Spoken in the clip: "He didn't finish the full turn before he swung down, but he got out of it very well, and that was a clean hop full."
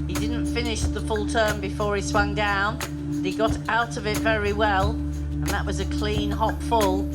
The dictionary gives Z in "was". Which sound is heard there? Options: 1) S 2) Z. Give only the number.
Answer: 2